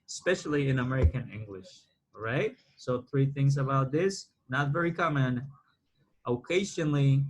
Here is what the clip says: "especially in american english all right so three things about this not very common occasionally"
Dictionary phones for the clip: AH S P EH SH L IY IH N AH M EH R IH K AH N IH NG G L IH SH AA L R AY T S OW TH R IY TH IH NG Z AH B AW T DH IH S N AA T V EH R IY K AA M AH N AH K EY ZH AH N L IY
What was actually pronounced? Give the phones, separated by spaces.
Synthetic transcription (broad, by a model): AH S P EH SH L IY IH N AH M EH R IH K AH N IH NG G L IH SH R AY T S OW TH R IY TH IH NG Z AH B AW T DH IH S N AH T V EH R IY K AA M AH N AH K EY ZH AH N L IY